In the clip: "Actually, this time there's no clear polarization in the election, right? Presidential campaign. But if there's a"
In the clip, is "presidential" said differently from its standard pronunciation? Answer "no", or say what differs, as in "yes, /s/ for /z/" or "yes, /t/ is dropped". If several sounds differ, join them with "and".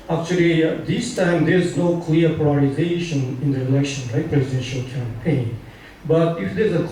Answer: no